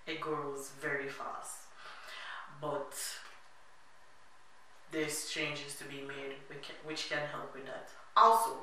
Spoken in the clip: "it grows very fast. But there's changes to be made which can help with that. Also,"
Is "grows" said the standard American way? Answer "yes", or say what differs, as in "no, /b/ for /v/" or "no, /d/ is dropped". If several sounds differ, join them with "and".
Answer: yes